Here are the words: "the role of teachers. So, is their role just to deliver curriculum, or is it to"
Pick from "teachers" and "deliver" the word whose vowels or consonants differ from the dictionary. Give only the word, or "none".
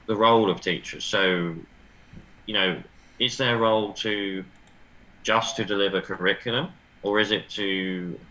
none